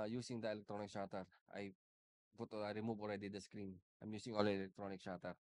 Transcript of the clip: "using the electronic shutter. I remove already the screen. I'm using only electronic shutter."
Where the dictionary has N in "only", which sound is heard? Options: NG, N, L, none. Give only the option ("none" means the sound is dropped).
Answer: none